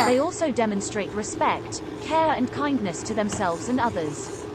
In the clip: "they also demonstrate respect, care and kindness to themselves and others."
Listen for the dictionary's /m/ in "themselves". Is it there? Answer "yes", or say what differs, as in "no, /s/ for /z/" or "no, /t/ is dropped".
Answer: yes